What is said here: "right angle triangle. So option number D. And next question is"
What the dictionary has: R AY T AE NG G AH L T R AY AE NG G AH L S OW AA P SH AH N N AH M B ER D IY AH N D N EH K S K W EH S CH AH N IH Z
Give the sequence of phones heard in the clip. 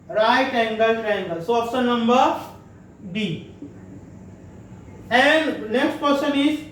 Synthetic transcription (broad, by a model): R AY T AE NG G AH L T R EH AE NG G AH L S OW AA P S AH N N AH M B ER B IY AH N D N EH K S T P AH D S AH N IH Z